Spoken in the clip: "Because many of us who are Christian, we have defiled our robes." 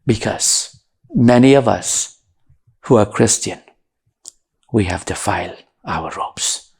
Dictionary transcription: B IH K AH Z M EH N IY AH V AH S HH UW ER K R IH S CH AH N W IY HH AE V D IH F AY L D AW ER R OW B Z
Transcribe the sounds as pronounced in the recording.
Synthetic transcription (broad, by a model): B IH K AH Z M EH N IY AH V AH S HH UW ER K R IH S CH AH N W IY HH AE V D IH F AY L AW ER R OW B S